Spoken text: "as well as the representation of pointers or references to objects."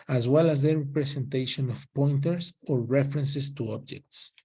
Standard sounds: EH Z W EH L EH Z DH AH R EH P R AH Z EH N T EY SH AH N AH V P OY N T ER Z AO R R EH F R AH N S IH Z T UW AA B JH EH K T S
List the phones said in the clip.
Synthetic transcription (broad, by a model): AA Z W EH L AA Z DH AH R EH P R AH S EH N T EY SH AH N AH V P OY N T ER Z AO R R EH F R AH N S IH S T UW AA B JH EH K T S